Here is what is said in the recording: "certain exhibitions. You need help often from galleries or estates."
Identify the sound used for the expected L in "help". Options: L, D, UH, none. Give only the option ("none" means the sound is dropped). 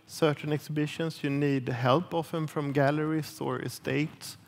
L